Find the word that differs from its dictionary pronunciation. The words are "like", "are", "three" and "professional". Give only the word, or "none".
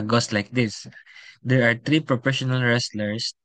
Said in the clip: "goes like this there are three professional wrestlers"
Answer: three